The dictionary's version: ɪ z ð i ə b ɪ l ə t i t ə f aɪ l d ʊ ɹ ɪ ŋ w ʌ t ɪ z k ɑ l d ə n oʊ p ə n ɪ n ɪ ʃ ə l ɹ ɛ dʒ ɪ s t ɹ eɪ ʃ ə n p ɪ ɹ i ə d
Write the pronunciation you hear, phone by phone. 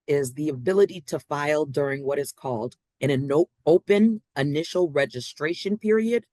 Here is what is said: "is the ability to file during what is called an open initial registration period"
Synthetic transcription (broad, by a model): ɪ z ð i ə b ɪ l ə t i t ə f aɪ l d ʊ ɹ ɪ ŋ w ʌ t ɪ z k ɑ l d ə n oʊ p ə n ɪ n ɪ ʃ l ɹ ɛ dʒ ɪ s t ɹ eɪ ʃ ə n p ɪ ɹ i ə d